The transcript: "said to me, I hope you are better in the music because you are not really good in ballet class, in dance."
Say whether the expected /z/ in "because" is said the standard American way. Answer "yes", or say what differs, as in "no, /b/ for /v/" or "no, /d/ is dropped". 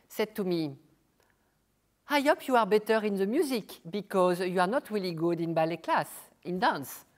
yes